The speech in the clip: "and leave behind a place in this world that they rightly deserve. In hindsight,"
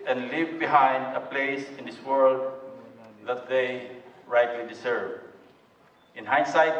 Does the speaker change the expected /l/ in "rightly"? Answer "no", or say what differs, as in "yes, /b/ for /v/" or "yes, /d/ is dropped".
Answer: no